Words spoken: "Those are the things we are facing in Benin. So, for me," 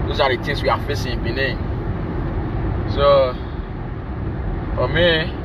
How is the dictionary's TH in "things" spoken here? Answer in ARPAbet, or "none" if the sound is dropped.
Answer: T